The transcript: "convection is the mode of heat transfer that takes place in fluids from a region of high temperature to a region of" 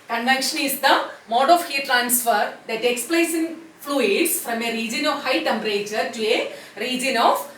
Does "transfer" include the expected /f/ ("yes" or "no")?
yes